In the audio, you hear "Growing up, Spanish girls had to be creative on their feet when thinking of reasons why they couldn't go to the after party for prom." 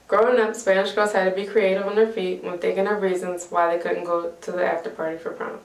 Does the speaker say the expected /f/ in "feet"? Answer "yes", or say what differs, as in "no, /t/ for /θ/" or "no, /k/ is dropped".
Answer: yes